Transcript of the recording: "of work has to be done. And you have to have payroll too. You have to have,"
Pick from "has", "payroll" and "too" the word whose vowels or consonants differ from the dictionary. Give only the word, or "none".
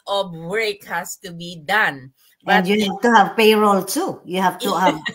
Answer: has